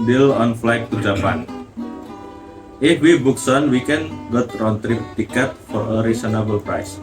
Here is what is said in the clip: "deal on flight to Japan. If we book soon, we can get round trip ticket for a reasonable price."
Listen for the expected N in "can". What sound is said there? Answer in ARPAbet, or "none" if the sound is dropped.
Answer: N